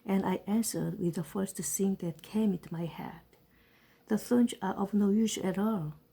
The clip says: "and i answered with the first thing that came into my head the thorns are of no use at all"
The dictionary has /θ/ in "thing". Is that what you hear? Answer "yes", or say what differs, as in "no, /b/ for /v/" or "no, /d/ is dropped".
no, /s/ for /θ/